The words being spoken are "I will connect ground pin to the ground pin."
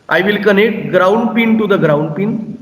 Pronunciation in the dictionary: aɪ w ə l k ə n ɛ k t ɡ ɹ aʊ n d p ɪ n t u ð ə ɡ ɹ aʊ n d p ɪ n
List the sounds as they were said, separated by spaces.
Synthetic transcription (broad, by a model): aɪ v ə l k ə n ɛ k t ɡ ɹ aʊ n d p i n t u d ə ɡ ɹ aʊ n d p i n